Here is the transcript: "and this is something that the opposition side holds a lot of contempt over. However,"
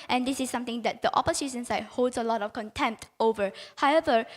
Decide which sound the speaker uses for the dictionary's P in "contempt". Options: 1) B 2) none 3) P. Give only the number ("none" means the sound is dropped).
3